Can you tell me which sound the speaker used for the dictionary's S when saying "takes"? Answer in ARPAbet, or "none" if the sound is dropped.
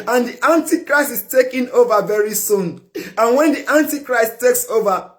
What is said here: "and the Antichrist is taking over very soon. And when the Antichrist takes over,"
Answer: S